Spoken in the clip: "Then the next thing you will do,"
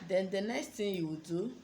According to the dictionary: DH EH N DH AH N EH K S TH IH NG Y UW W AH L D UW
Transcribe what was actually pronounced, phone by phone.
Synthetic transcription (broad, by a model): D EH N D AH N EH K S T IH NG Y UW W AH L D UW